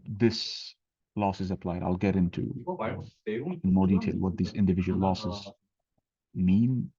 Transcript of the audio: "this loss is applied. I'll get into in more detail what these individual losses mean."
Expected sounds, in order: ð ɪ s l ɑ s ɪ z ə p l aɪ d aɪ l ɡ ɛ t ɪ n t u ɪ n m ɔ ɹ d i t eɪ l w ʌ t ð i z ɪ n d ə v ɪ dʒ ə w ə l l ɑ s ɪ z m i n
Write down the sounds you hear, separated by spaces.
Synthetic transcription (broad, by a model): ð ɪ s l ɑ s ɪ z ə p l aɪ d aɪ l ɡ ɛ t ɪ n t u ɪ n m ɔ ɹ d i t eɪ l w ʌ t ð i z ɪ n d ə v ɪ dʒ ə w ə l l ɑ s ɪ z m i n